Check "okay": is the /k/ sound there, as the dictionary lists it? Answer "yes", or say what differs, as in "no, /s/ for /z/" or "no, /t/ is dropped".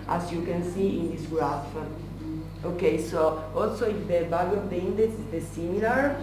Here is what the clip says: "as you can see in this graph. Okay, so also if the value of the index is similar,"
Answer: yes